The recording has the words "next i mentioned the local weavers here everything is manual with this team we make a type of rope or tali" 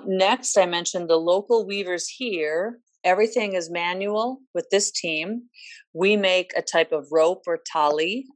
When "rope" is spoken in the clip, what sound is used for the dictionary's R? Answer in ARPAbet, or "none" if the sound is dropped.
R